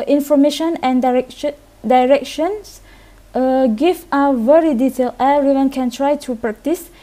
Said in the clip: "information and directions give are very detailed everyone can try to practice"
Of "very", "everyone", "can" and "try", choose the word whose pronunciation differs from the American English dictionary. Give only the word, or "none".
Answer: everyone